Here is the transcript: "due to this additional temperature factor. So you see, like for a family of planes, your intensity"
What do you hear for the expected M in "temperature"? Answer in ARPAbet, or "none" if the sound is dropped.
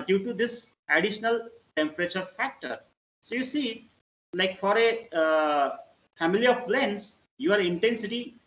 M